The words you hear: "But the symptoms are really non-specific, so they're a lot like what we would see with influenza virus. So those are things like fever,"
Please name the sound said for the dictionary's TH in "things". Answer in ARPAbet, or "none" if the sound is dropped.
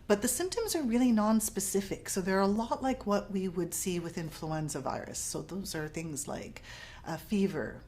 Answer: TH